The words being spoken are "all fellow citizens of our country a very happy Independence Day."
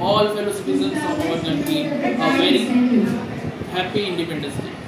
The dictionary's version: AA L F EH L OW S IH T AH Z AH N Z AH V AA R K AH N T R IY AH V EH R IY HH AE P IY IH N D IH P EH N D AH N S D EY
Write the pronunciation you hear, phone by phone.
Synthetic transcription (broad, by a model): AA L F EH L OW S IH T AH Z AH N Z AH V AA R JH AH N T IY AH V EH R IY HH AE P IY IH N D IH P EH N D AH N S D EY